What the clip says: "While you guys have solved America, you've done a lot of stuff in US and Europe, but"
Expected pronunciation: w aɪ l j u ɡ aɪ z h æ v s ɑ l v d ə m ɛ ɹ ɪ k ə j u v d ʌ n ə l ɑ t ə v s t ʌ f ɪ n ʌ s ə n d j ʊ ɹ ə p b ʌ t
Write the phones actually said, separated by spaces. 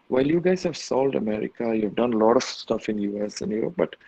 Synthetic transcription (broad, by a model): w aɪ l j u ɡ aɪ z h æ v s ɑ l d ə m ɛ ɹ ɪ k ə j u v d ʌ n l ɑ t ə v s t ʌ f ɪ n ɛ s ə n j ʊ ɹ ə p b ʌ t